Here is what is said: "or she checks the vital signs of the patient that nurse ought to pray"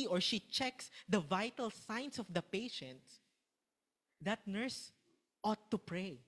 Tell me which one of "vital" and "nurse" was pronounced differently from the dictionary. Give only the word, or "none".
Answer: none